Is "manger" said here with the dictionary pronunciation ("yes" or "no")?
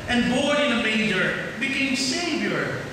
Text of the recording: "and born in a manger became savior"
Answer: no